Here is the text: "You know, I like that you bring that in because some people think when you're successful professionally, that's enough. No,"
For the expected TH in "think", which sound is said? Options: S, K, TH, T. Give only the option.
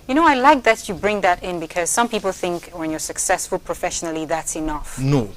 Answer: TH